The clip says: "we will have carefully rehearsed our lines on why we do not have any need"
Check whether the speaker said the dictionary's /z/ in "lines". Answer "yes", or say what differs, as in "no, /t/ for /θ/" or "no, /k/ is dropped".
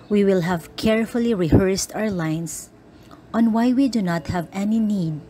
no, /s/ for /z/